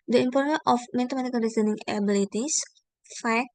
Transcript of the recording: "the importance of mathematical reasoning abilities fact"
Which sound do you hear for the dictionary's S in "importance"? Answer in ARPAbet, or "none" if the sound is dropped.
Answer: none